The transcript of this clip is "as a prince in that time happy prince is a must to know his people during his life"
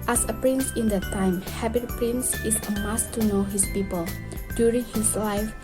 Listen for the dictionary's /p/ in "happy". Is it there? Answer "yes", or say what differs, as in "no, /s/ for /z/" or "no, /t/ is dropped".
no, /b/ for /p/